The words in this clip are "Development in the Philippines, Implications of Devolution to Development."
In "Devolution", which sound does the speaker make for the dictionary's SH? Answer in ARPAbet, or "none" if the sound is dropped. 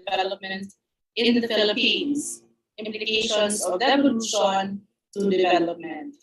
S